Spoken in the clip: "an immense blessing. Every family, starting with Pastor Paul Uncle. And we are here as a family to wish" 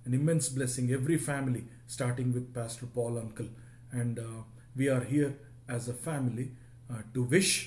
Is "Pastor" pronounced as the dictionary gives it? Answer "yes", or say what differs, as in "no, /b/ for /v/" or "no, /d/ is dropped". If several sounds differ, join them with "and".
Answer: yes